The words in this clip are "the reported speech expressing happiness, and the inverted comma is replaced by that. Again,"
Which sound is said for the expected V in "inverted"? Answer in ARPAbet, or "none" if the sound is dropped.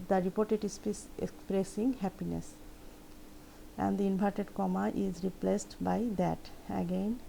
B